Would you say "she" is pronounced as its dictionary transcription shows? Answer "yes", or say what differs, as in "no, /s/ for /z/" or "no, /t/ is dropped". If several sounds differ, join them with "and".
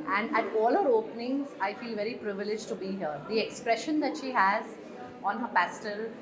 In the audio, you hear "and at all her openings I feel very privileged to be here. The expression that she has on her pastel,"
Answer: yes